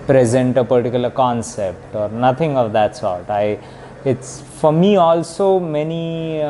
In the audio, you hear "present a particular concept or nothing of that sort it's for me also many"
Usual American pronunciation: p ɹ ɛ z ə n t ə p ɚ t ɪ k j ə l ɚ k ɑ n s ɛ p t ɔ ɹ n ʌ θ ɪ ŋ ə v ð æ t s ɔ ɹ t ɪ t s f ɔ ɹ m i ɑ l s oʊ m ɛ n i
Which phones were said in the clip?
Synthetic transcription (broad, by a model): p ɹ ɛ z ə n t ə p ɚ t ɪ k j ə l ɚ k ɑ n s ɛ p t ɔ ɹ n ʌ t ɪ ŋ ə v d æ t s ɔ ɹ t ɪ t s f ɔ ɹ m i ɑ l s oʊ m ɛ n i